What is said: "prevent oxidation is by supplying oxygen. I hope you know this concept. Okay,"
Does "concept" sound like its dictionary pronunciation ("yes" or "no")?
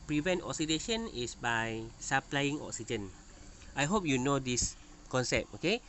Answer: no